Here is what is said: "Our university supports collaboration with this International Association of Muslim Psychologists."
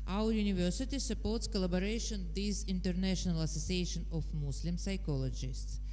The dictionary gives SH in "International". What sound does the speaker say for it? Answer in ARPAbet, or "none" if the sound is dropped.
SH